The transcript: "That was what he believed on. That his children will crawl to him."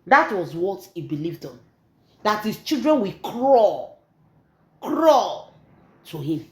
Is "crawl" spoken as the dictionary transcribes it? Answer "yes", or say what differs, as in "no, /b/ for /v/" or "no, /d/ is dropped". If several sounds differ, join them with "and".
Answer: yes